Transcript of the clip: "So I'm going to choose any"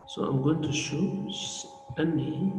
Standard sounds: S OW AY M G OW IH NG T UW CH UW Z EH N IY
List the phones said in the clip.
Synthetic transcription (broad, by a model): S OW AY M G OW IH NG T UW SH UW EH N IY